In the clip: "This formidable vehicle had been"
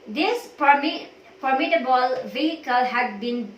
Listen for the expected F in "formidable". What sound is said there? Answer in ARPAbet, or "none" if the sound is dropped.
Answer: P